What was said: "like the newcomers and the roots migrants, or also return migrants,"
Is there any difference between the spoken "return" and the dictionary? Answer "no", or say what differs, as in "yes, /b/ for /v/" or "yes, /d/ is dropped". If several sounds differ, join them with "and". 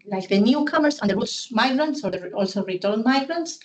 yes, /l/ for /n/